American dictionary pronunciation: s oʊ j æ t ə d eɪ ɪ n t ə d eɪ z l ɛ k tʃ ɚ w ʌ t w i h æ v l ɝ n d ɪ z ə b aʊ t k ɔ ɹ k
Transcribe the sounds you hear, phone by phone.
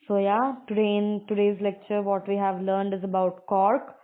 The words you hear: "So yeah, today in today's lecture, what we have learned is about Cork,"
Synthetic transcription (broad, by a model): s oʊ j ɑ t ə d eɪ ɪ n t ə d eɪ z l ɛ k tʃ ɚ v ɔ t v i h æ v l ɝ n d ɪ z ə b aʊ t k ɔ ɹ k